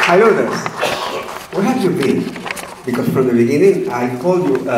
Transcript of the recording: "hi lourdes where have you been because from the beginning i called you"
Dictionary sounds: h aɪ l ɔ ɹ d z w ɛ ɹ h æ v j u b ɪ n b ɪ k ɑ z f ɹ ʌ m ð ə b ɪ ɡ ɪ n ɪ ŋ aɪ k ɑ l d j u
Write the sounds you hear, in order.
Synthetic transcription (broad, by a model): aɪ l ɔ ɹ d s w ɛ h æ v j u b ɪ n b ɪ k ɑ s f ɹ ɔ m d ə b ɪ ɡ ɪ n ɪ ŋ aɪ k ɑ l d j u